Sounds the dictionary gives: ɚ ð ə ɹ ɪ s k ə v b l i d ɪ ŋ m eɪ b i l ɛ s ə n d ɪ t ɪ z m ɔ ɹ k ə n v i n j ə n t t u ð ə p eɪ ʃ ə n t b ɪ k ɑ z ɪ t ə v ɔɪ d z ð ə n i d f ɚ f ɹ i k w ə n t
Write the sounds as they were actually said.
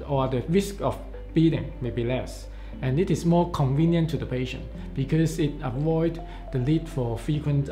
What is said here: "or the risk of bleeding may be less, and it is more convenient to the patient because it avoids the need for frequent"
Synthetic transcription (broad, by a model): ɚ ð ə ɹ ɪ s k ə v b i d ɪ ŋ m eɪ b i l ɛ s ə n ɪ t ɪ s m ɔ k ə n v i n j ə n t t u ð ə p eɪ ʃ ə n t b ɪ k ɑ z ɪ t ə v ɔɪ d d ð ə l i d f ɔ f ɹ i k w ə n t